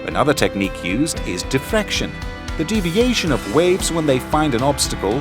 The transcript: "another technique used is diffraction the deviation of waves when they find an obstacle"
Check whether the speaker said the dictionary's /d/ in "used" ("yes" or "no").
yes